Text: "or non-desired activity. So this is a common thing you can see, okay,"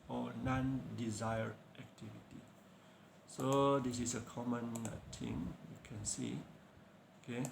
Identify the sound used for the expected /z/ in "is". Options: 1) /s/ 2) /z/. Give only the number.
1